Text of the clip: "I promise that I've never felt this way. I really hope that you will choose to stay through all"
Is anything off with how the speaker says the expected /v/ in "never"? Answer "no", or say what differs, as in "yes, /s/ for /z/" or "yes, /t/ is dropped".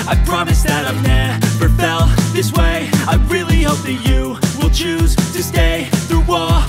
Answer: yes, /p/ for /v/